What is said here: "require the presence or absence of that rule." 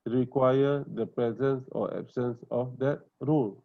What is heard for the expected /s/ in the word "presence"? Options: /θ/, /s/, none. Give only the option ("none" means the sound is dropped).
/s/